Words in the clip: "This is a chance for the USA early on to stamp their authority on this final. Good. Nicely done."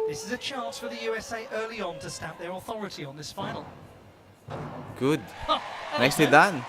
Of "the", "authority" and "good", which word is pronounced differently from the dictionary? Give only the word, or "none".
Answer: none